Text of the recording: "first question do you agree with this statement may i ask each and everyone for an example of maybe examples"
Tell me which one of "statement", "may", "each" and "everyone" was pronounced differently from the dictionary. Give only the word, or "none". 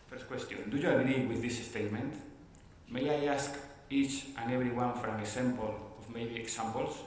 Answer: everyone